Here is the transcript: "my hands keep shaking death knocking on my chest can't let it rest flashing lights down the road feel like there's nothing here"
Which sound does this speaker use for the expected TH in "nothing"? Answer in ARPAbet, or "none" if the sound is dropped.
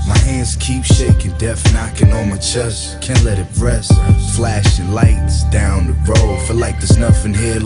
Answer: F